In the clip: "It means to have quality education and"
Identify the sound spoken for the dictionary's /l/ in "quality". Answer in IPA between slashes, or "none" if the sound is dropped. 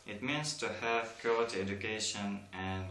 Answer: none